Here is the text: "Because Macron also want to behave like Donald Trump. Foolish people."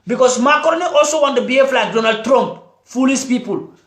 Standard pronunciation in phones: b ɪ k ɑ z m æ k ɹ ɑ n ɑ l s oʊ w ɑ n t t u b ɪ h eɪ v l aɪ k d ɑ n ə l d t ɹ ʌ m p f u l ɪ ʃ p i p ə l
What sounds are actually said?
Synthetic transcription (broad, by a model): b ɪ k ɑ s m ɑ k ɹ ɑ n ɑ l s oʊ w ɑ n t t u b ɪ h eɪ f l aɪ k d ɑ n ə l d t ɹ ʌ m p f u l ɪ s p i p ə l